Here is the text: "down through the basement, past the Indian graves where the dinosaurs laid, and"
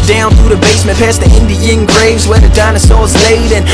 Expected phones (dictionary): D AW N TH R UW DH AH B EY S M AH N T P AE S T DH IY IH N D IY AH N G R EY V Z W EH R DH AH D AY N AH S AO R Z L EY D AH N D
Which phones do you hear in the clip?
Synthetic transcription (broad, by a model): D AW N TH R UW DH AH B EY S M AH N P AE S DH IY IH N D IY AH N G R EY V Z W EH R DH AH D AY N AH S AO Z L EY D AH N